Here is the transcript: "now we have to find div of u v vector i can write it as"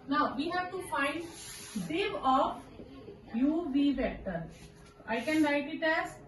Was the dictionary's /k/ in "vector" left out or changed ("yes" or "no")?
yes